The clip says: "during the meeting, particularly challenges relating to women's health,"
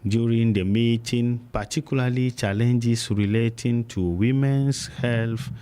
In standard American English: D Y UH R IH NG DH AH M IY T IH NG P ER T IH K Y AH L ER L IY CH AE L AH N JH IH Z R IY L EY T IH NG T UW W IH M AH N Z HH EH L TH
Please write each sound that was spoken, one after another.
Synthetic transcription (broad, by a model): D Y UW R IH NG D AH M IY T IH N P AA T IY K Y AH L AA L IY CH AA L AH N JH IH S R IY L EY T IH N T UW W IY M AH N S HH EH L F